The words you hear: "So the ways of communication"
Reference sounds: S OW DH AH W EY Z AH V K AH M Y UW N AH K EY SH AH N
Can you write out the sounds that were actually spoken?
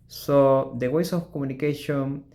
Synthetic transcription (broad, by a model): S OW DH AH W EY S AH F K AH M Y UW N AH K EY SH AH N